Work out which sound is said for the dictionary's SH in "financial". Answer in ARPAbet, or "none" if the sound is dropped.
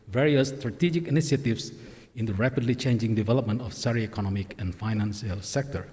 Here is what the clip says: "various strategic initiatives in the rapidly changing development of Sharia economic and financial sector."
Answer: S